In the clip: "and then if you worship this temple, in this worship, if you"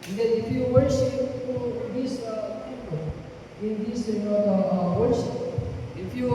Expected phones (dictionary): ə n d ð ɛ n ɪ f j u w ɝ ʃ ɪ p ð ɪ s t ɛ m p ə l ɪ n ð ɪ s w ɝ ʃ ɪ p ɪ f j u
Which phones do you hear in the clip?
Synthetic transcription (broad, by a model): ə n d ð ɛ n ɪ f j u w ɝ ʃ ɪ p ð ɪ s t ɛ p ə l ɪ n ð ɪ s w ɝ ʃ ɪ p ɪ f j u